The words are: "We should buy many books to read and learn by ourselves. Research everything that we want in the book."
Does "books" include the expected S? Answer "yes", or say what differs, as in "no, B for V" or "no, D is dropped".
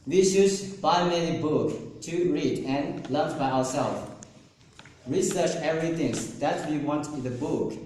no, S is dropped